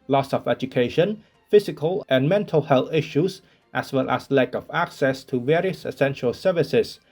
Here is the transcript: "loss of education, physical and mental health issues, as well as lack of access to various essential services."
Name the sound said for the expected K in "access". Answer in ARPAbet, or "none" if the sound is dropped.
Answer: K